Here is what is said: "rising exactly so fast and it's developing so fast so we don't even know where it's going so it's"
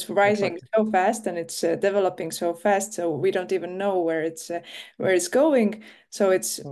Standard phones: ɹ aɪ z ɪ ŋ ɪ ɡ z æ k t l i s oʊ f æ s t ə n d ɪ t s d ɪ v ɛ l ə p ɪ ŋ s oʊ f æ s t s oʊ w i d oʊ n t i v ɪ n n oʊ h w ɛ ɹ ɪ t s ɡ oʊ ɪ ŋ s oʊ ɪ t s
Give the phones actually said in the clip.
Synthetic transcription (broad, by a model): ɹ aɪ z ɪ ŋ s oʊ f æ s t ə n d ɪ t s d ɪ v ɛ l ə p ɪ ŋ s oʊ f æ s t s oʊ w i d oʊ n t i v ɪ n n oʊ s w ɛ ɹ ɪ t s ɡ oʊ ɪ ŋ s oʊ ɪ t s